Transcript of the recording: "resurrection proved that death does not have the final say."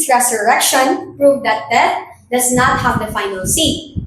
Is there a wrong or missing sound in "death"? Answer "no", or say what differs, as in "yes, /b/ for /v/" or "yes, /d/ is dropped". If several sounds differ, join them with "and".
yes, /t/ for /θ/